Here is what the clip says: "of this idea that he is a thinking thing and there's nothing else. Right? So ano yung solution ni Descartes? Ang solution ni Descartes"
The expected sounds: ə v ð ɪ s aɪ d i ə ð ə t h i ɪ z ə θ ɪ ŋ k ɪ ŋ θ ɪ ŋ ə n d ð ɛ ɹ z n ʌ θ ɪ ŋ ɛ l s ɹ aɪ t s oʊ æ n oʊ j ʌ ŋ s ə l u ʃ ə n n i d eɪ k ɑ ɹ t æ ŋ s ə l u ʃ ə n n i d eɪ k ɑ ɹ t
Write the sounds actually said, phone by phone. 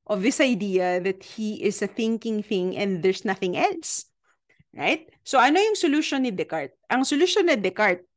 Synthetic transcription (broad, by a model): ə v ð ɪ s aɪ d i ə ð ə t h i ɪ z ə θ ɪ ŋ k ɪ ŋ θ ɪ ŋ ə n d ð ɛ ɹ s n ʌ θ ɪ ŋ ɛ l s ɹ aɪ t s oʊ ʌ n oʊ j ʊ ŋ s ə l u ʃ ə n n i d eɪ k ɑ ɹ t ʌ ŋ s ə l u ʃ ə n n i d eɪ k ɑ ɹ t